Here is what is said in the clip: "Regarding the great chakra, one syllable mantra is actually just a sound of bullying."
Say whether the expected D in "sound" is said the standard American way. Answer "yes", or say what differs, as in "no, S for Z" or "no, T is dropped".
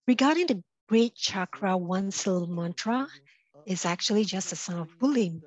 no, D is dropped